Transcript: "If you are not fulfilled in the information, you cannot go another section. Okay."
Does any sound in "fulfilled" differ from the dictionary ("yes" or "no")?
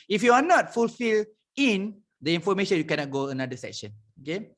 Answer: yes